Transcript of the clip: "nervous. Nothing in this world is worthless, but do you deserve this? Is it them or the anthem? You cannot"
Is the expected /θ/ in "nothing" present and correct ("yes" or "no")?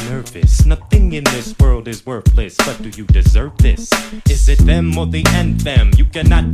yes